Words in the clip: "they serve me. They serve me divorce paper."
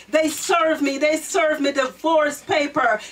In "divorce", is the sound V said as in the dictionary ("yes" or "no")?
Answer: no